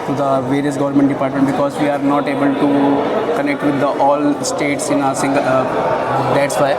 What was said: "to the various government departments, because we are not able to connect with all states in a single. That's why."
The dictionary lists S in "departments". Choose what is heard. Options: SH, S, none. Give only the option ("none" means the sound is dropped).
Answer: none